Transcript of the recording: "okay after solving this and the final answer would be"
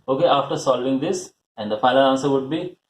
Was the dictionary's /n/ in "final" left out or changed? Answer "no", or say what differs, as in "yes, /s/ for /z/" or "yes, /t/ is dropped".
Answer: yes, /l/ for /n/